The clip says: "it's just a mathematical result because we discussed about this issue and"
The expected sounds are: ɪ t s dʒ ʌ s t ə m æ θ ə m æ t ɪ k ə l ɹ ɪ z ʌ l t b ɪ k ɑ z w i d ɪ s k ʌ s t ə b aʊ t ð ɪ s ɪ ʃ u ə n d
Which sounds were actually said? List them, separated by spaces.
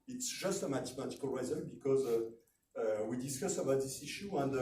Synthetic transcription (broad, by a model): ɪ t s dʒ ʌ s t ə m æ t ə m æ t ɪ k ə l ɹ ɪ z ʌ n b ɪ k ɑ z w i d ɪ s k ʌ s ə b aʊ t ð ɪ s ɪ ʃ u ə n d